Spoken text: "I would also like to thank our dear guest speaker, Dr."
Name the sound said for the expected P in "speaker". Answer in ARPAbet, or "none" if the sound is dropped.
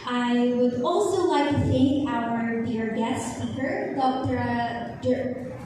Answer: F